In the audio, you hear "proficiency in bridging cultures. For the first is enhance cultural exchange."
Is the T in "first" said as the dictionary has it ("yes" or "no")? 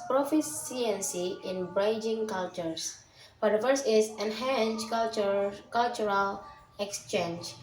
no